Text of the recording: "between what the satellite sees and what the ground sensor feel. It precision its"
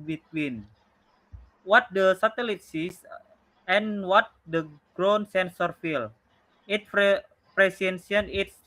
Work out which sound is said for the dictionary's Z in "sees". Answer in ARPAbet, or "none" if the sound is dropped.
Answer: S